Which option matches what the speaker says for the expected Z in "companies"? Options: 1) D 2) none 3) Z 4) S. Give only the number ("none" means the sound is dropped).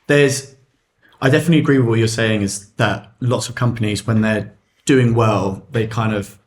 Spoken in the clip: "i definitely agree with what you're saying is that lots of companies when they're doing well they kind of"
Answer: 3